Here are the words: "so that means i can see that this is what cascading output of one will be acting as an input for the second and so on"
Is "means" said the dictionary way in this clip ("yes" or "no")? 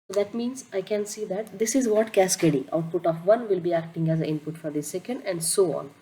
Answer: yes